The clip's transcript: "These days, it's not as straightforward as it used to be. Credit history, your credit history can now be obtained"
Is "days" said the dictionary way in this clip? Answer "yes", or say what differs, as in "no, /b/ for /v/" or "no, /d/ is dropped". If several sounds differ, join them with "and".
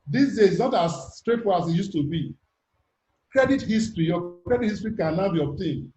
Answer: no, /z/ is dropped